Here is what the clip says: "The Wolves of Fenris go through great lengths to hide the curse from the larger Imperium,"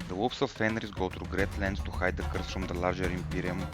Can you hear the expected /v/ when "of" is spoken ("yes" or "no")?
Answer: no